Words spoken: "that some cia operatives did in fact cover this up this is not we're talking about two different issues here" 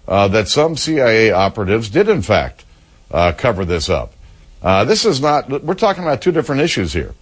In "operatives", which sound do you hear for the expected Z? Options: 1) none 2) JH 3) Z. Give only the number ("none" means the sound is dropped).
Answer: 3